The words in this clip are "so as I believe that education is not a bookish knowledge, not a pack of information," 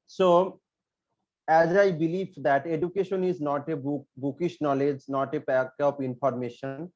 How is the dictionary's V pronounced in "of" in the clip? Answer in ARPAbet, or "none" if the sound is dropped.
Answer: P